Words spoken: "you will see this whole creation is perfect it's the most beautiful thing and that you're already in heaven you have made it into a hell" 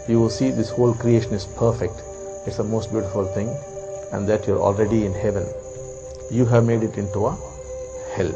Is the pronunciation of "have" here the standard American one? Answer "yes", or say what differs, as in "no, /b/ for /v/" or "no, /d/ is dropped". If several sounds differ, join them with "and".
yes